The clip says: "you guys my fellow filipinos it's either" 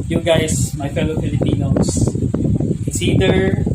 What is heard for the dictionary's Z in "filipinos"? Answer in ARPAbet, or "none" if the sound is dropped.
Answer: none